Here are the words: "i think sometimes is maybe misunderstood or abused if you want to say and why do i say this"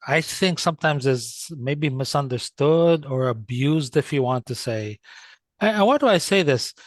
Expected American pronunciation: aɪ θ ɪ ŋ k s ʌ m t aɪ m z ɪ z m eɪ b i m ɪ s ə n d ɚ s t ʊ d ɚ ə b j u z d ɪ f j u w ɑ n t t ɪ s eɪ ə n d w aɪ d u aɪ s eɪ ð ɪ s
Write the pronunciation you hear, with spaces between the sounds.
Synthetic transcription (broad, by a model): aɪ θ ɪ ŋ k s ʌ m t aɪ m z ɪ z m eɪ b i m ɪ s ə n d ɚ s t ʊ d ɚ ə b j u z d ɪ f j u w ɑ n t t ɪ s eɪ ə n w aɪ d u aɪ s eɪ ð ɪ s